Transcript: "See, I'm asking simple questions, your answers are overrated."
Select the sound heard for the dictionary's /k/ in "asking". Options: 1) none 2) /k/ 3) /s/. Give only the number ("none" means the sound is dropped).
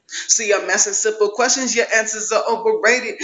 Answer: 1